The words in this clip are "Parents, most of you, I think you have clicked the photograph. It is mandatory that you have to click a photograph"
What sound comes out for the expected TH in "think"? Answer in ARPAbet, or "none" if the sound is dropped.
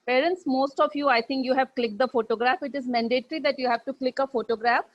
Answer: T